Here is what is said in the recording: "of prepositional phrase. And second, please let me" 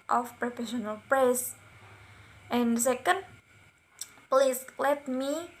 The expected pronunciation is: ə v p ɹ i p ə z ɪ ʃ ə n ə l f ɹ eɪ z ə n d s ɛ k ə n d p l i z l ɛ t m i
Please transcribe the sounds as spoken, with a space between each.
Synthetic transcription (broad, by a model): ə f p ɹ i f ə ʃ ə n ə l p ɹ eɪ s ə n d s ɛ k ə n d p l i s l ɛ t m i